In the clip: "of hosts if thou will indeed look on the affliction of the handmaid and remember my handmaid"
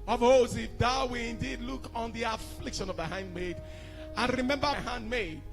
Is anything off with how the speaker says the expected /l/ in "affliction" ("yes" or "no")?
no